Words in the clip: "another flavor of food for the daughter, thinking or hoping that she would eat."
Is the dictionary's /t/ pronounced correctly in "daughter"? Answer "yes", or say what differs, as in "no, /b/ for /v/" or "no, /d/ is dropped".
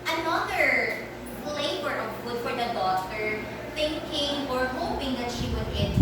no, /s/ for /t/